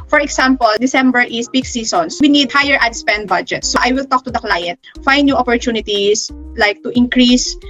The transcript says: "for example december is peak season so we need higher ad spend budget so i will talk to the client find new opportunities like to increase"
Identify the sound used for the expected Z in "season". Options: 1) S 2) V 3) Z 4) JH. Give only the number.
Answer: 1